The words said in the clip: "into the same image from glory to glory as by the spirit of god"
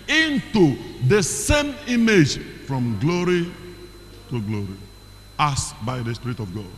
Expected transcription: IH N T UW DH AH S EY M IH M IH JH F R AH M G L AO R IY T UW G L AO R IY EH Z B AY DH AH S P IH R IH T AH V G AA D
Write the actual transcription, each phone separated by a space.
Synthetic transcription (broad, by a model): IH N T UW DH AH S EY M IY M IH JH F R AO M G L AO R IY T UW G L AO R IY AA S B AY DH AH S P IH R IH T AH V G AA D